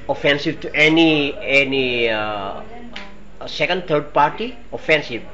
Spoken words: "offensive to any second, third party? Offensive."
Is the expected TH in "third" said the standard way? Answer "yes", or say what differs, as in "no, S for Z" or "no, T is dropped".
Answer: no, T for TH